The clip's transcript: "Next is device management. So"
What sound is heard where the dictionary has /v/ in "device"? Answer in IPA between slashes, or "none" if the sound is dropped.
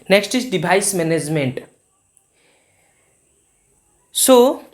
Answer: /b/